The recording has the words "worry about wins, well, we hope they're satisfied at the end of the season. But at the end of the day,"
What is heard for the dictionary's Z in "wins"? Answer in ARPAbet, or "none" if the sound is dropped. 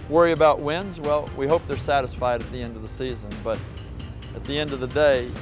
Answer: Z